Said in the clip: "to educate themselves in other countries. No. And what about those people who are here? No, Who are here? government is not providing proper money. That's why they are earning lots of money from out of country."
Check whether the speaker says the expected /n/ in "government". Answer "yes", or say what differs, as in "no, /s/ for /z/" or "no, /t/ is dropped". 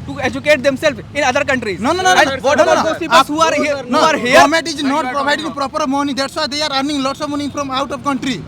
no, /n/ is dropped